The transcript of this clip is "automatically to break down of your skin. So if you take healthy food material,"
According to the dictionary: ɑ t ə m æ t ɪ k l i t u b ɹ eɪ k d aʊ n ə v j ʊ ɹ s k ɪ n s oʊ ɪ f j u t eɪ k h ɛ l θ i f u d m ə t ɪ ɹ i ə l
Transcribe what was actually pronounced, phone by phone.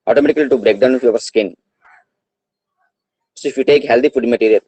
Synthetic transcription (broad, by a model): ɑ t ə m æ t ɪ k l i t u b ɹ eɪ k d aʊ n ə f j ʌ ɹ s k ɪ n s oʊ ɪ f j u t eɪ k h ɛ l t i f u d m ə t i ɹ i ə l